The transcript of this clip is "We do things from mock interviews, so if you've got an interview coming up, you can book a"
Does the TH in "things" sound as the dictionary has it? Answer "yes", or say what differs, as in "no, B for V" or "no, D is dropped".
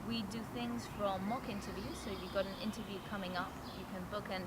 yes